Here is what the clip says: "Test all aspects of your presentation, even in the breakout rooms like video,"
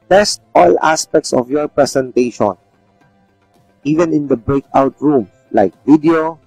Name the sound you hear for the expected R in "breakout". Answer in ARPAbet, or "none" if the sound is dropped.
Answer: R